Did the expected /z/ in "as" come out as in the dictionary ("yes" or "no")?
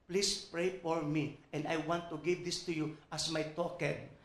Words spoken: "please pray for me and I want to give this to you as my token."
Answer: no